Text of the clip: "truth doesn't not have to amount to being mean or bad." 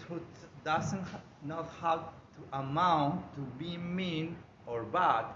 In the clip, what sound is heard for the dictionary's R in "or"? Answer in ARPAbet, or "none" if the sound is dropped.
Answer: R